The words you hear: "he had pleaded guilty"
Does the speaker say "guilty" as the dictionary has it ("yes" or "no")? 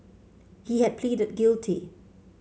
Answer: yes